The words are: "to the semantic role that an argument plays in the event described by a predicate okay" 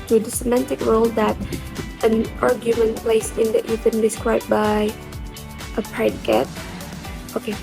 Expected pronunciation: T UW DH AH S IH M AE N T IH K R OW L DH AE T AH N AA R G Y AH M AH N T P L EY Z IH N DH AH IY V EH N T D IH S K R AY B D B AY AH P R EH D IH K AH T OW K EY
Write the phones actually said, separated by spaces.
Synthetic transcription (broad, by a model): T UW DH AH S IH M AE N T IH K R OW L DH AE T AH N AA R G Y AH M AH N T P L EY S IH N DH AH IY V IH N D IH S K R AY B B AY AH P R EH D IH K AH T OW K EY